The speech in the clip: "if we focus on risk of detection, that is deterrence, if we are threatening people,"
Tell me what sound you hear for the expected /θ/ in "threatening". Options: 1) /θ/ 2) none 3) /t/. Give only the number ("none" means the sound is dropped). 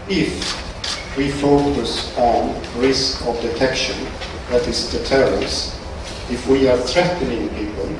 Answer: 1